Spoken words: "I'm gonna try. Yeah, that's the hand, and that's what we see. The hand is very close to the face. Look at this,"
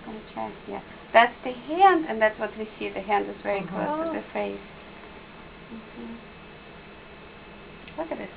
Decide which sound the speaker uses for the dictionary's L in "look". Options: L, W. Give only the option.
W